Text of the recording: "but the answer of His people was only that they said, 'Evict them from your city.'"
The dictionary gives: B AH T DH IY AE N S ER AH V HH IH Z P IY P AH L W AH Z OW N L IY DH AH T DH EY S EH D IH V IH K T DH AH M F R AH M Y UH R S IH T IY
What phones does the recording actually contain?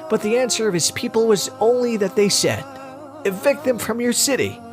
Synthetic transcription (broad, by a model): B AH T DH IY AE N S ER AH V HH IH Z P IY P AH L W AH Z OW N L IY DH AH T DH EY S EH D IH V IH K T DH AH M F R AH M Y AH R S IH T IY